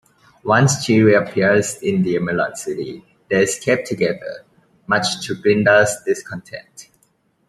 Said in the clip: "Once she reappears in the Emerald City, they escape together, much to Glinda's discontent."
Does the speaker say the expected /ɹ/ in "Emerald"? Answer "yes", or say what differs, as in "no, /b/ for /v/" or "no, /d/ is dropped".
no, /ɹ/ is dropped